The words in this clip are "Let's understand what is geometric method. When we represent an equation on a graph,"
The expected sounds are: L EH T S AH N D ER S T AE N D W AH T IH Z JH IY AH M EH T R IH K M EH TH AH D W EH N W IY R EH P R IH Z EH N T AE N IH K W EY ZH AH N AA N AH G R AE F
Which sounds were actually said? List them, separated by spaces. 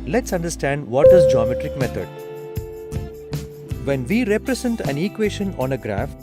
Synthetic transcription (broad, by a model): L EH T S AH N D ER S T AE N D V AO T IH Z JH IY AH M EH T R IH K M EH T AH D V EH N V IY R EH P R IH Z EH N T AE N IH K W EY SH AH N AA N AH G R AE F